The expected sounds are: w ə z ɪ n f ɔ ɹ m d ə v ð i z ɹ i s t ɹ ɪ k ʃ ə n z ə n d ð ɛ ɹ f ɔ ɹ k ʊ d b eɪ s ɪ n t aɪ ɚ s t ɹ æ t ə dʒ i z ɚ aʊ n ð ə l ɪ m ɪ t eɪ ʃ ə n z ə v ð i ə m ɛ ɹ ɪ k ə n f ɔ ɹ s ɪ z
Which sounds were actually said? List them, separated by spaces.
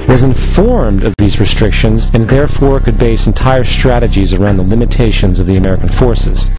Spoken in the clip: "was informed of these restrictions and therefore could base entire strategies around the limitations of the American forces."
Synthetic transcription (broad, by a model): w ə z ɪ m f ɔ ɹ m d ə v ð i z ɹ i s t ɹ ɪ k ʃ ə n z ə n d ð ɛ ɹ f ɔ ɹ k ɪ d b eɪ s n t aɪ ɚ s t ɹ æ t ə dʒ i z ɚ aʊ n ð ə l ɪ m ɪ t eɪ ʃ ə n z ə v ð i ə m ɛ ɹ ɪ k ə n f ɔ ɹ s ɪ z